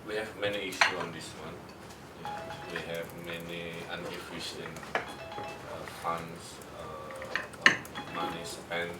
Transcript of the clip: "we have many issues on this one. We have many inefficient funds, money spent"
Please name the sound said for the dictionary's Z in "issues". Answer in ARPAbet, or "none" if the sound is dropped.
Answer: none